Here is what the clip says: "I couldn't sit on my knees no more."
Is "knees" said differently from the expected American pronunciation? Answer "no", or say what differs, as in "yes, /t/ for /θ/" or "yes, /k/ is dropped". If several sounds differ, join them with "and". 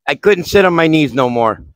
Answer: no